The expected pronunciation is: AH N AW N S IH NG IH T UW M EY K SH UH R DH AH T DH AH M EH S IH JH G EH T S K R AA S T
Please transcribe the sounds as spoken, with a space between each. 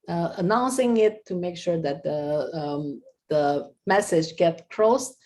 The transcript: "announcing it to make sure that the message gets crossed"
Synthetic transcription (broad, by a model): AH N AW N S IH NG IH T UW M EY K SH UH R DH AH T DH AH M EH S IH JH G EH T K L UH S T